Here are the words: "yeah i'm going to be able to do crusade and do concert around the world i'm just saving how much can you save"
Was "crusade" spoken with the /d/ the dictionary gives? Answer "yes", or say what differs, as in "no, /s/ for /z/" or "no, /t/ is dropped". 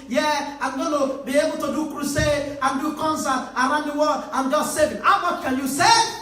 no, /d/ is dropped